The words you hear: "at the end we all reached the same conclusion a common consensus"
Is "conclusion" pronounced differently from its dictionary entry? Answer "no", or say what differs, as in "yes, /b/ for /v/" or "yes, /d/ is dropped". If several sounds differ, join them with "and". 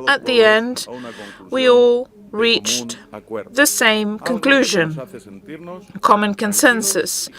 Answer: no